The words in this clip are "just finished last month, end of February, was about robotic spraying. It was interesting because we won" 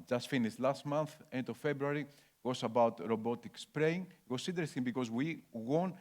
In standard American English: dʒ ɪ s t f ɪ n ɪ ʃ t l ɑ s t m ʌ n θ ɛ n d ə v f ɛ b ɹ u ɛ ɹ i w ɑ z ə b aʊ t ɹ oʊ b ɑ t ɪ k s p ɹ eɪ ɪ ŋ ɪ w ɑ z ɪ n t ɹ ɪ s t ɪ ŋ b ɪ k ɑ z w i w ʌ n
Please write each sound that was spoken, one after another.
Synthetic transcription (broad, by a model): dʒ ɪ s t f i n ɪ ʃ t l ɑ s t m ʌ n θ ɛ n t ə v f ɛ b ɹ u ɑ ɹ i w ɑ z ə b aʊ t ɹ oʊ b ɑ t ɪ k s p ɹ eɪ ɪ ŋ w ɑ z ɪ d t ɹ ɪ s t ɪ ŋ b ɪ k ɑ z w i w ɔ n